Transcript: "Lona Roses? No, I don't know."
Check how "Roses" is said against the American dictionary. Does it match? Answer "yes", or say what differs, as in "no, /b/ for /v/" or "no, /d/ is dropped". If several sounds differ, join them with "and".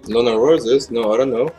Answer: no, /w/ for /ɹ/